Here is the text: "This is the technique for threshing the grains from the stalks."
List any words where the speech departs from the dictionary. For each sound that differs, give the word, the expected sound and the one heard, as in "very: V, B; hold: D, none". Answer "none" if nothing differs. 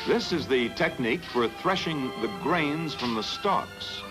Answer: none